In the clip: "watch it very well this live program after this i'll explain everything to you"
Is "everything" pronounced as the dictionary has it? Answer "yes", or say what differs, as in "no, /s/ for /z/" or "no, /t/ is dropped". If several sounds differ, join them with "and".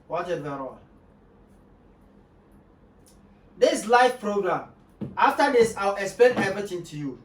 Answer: no, /ɹ/ is dropped and /t/ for /θ/